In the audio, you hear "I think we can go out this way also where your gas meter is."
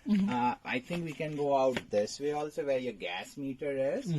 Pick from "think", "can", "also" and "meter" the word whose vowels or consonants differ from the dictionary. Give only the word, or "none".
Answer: think